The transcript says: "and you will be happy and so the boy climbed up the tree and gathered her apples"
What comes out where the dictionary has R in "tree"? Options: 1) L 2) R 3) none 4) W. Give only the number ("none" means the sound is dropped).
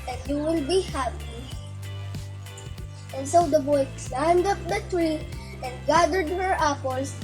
2